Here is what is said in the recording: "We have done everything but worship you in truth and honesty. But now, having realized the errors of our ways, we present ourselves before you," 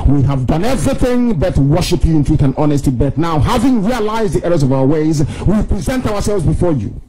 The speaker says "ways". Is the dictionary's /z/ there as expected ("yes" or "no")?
yes